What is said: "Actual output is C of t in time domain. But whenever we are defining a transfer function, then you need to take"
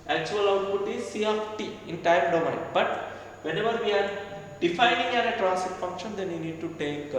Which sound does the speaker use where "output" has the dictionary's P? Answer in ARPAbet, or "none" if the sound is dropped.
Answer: none